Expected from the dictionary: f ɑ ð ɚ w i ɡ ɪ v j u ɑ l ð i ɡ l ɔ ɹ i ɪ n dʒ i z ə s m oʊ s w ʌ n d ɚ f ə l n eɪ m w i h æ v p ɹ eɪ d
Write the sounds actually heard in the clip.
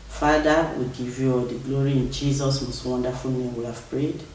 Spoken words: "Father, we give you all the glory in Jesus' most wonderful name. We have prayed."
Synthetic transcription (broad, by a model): f ɑ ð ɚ w i ɡ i v j u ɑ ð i ɡ l ɔ ɹ i ɪ n dʒ i z ə s m oʊ s w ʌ n d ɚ f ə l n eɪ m w i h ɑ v p ɹ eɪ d